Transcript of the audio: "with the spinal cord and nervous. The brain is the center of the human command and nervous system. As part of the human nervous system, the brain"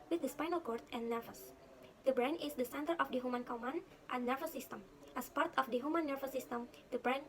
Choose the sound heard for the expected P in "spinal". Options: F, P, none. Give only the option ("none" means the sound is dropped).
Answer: P